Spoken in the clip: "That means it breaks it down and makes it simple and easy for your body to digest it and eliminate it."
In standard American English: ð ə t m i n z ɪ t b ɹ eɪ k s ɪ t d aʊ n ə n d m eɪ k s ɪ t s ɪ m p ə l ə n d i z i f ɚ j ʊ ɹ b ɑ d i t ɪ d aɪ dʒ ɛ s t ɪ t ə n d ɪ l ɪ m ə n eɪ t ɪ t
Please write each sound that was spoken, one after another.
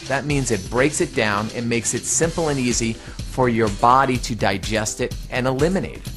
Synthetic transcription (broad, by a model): ð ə t m i n z ɪ t b ɹ eɪ k s ɪ t d aʊ n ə n m eɪ k s ɪ t s ɪ m p l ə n i z i f ɚ j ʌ ɹ b ɑ d i t ɪ d aɪ dʒ ɛ s t ɪ t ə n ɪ l ɪ m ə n eɪ ɪ t